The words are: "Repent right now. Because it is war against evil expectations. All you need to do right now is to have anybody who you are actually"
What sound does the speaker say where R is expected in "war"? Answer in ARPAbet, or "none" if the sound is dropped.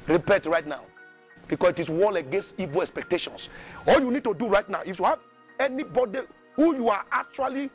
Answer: L